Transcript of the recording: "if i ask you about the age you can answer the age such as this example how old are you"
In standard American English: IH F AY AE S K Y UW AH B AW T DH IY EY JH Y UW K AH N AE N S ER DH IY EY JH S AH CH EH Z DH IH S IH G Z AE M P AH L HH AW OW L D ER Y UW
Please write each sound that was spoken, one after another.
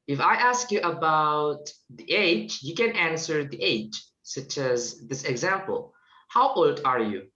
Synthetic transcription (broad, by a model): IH F AY AE S K Y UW AH B AW T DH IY EY JH Y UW K AH N AE N S ER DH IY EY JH S AH CH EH Z DH IH S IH G Z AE M P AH L HH AW OW L D ER Y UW